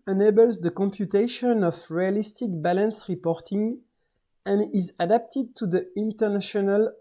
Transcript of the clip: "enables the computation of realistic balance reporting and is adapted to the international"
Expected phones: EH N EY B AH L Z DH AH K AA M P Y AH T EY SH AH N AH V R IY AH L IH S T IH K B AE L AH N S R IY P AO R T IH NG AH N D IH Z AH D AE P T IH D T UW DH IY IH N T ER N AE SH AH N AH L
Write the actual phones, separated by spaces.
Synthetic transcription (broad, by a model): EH N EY B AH L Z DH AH K AA M P Y AH T EY SH AH N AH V R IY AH L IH S T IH K B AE L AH N S R IY P AO R T IH NG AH N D IH Z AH D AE P T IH D T UW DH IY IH N T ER N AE SH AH N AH L